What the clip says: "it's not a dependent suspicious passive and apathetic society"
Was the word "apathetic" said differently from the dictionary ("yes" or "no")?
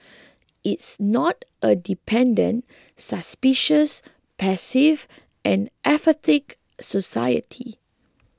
yes